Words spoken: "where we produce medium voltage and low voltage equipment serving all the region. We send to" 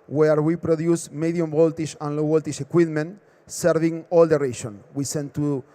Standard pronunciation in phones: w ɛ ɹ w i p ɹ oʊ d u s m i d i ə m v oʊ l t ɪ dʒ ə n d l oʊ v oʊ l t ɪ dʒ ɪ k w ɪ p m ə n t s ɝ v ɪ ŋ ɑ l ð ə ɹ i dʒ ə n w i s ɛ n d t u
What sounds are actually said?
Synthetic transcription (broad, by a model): w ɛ ɹ w i p ɹ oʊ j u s m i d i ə m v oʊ l t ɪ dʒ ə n l oʊ b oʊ l t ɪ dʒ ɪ k w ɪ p m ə n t s ɝ v ɪ ŋ ɑ l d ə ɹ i ʃ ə n w i s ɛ n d t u